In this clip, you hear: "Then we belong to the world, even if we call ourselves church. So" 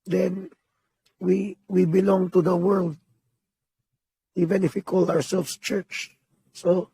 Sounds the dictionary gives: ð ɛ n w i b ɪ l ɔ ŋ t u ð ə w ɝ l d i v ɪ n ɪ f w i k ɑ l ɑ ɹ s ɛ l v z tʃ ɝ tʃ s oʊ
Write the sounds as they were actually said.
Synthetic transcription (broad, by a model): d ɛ n w i b ɪ l ɔ ŋ t u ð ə w ɝ l d i v ɪ n ɪ f w i k ɑ l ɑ ɹ s ɛ l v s tʃ ɝ tʃ s oʊ